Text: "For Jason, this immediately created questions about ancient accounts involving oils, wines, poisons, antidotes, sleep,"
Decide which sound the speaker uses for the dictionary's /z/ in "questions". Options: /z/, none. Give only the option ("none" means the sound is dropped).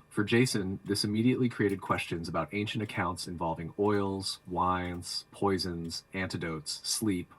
/z/